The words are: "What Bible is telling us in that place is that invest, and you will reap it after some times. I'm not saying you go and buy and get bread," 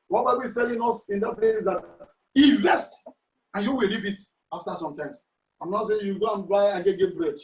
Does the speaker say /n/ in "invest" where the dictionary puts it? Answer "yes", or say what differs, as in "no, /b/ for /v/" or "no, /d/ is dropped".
no, /n/ is dropped